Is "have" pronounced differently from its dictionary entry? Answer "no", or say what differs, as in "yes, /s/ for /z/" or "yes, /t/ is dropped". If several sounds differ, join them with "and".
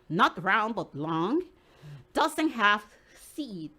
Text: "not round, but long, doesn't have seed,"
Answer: yes, /f/ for /v/